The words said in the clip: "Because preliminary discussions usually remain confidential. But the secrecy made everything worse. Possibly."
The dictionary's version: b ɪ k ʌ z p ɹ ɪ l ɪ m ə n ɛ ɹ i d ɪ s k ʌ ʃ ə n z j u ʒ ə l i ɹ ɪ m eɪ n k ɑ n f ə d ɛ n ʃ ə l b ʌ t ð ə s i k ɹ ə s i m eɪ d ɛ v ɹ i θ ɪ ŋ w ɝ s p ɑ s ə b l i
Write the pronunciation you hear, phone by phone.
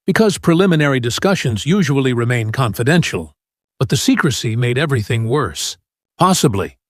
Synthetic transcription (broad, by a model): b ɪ k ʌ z p ɹ ɪ l ɪ m ə n ɛ ɹ i d ɪ s k ʌ ʃ ə n z j u ʒ ə l i ɹ ɪ m eɪ n k ɑ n f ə d ɛ n ʃ l b ʌ t ð ə s i k ɹ ə s i m eɪ d ɛ v ɹ i θ ɪ ŋ w ɝ s p ɑ s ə b l i